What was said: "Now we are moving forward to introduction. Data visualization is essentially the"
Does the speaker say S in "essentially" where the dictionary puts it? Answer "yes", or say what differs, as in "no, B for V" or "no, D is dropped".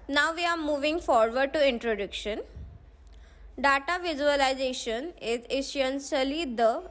no, SH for S